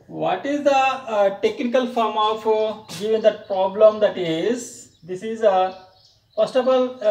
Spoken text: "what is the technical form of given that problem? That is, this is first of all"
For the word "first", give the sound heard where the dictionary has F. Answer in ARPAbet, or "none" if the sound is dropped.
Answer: P